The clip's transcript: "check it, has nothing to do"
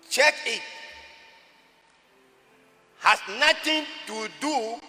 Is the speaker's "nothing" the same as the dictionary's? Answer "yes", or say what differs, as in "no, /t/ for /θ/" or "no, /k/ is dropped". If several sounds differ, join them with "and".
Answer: no, /t/ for /θ/